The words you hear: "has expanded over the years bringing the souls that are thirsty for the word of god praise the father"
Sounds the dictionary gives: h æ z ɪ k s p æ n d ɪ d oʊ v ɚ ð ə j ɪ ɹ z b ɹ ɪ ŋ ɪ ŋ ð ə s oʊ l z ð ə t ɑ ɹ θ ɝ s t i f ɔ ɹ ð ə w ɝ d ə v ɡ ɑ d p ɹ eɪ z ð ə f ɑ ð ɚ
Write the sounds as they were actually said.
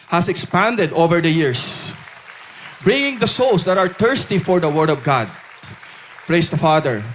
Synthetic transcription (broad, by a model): h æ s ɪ k s p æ n d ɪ d oʊ v ɚ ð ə j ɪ ɹ s b ɹ ɪ ŋ ɪ ŋ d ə s oʊ l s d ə t ɑ ɹ t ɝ s t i f ɔ ɹ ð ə w ɝ d ə v ɡ ɑ d p ɹ eɪ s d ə f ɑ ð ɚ